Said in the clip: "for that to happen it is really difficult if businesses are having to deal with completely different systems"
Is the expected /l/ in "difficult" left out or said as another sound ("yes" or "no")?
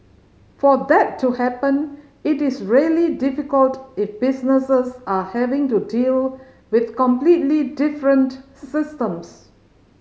no